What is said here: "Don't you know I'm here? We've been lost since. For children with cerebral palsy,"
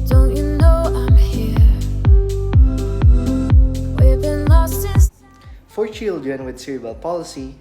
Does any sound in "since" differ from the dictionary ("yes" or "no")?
yes